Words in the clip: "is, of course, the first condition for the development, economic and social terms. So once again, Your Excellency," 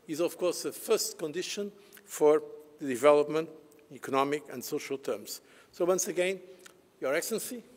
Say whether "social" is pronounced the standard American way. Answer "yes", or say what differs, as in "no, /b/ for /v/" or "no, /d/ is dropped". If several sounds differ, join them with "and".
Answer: yes